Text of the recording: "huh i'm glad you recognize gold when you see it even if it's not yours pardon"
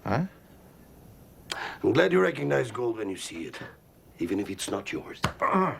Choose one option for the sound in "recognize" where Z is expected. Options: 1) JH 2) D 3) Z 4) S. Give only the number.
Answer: 3